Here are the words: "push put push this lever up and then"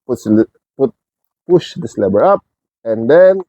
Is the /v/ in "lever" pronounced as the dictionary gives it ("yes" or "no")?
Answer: no